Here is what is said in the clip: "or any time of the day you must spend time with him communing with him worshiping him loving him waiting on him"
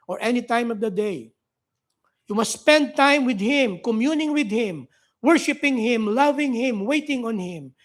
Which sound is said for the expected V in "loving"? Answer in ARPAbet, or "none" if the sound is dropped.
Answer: V